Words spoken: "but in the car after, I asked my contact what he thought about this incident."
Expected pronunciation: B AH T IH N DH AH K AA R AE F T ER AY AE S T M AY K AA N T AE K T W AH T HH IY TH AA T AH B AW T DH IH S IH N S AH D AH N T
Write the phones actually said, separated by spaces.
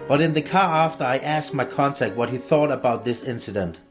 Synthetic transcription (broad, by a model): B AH T IH N DH AH K AA R AE F T ER AY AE S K M AY K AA N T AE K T W AH T HH IY TH AA T AH B AW T DH IH S IH N S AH D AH N T